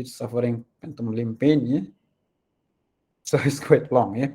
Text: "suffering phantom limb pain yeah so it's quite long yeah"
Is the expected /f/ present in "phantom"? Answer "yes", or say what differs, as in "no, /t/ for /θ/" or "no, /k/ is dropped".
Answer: no, /p/ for /f/